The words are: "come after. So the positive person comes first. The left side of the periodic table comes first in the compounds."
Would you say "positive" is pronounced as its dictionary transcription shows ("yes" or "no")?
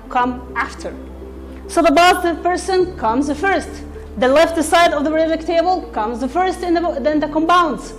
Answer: no